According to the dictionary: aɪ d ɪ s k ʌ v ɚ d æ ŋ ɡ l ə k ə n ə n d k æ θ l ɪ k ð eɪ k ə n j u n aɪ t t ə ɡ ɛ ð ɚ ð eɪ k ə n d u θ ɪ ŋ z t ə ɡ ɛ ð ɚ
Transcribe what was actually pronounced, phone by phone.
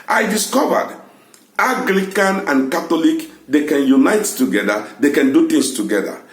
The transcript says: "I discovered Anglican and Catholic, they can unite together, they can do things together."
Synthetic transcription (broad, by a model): aɪ d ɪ s k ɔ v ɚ d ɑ ɡ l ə k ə n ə n k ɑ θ l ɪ k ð eɪ k ə n j u n aɪ t t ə ɡ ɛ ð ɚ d eɪ k ə n d u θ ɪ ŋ s t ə ɡ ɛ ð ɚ